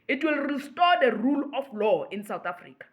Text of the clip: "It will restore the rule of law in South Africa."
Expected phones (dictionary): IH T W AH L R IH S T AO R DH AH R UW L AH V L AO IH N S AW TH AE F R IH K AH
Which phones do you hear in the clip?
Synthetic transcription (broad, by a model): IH T W AH L R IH S T AO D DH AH R UW L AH F L AO IH N S AW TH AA F R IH K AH